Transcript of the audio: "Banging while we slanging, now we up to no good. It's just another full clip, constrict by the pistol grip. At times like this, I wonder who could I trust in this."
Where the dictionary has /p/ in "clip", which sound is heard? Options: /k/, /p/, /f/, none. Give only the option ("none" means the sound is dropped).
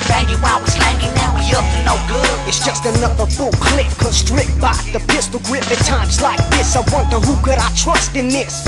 /f/